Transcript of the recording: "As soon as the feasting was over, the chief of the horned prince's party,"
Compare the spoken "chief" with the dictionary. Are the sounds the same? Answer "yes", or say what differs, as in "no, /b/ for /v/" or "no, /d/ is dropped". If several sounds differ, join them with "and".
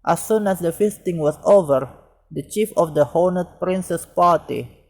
yes